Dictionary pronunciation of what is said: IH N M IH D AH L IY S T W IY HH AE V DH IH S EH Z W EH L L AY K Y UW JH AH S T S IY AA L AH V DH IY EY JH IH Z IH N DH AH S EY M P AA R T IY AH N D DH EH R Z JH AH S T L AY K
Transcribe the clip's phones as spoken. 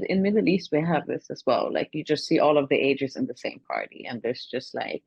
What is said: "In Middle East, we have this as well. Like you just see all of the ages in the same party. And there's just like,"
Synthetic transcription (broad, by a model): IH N M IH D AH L IY S T W IY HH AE V DH IH S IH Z W EH L L AY K Y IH JH AH S T S IY AA L AH V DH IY EY JH IH Z IH N DH AH S EY M P AA R T IY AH N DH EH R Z JH AH S T L AY K